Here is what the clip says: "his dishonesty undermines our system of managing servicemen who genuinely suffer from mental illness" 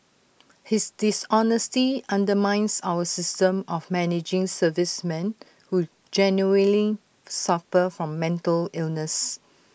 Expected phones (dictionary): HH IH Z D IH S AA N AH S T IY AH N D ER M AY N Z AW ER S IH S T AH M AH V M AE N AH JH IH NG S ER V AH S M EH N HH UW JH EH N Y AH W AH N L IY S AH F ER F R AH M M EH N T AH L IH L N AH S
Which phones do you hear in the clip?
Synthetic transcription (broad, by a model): HH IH S D IH S AA N AH S T IY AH N D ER M AY N S AW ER S IH S T AH M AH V M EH N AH JH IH NG S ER V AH S M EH N HH UW JH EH N Y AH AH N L IY S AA F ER F R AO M M EH N T AH L IH L N AH S